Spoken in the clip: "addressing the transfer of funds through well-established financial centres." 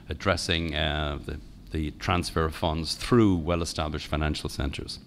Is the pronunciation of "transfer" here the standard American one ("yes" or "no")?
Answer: yes